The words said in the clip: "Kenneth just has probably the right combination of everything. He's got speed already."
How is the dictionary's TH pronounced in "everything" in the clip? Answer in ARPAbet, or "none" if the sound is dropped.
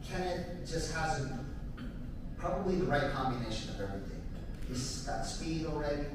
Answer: TH